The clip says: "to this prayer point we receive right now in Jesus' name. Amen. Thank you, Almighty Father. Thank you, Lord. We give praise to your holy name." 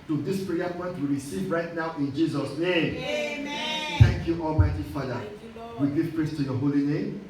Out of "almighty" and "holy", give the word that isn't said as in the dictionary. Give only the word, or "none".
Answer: none